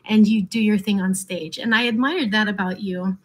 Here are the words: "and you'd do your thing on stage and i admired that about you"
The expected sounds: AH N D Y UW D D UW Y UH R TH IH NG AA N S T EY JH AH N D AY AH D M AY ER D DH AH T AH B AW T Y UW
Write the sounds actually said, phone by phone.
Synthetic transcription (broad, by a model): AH N Y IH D D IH Y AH R TH IH NG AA N S T EY JH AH N AY AH D M AY ER D DH AH T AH B AW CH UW